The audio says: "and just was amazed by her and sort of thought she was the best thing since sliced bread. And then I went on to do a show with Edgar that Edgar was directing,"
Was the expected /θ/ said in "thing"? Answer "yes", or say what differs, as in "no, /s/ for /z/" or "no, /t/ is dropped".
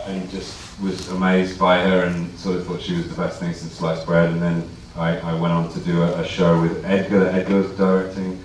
yes